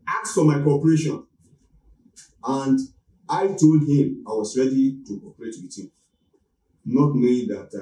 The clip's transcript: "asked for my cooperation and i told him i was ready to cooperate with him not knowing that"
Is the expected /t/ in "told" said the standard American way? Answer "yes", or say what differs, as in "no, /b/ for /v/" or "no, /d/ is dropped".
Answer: yes